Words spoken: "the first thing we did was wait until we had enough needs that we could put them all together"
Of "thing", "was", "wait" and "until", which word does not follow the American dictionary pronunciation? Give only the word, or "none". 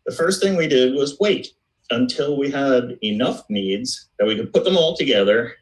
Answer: none